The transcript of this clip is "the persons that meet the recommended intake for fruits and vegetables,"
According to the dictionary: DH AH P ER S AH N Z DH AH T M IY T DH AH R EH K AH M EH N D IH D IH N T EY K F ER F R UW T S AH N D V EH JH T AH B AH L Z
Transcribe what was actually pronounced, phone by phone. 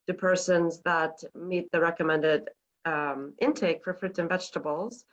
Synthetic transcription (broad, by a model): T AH P ER S AH N Z DH AH T M IY T DH AH R EH K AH M EH N D IH D IH N T EY K F ER F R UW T AH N V EH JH T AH B L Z